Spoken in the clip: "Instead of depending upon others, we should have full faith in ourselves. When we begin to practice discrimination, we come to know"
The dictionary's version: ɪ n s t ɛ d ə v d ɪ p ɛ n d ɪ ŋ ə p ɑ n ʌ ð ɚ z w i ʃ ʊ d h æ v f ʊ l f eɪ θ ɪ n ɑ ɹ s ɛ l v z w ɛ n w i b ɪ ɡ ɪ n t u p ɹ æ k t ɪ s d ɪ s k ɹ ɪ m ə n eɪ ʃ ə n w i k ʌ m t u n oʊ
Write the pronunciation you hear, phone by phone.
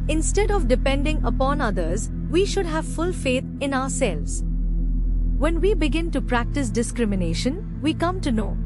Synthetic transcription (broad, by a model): ɪ n s t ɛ d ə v d ɪ p ɛ n d ɪ ŋ ə p ɑ n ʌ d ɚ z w i ʃ ʊ d h æ v f ʊ l f eɪ t ɪ n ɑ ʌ s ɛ l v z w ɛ n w i b ɪ ɡ ɪ n t u p ɹ æ k t ɪ s d ɪ s k ɹ ɪ m ə n eɪ ʃ ə n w i k ʌ m t u n oʊ